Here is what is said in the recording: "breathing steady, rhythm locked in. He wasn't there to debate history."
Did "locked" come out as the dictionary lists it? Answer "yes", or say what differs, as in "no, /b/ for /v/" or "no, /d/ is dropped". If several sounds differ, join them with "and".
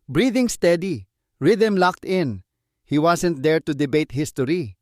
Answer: yes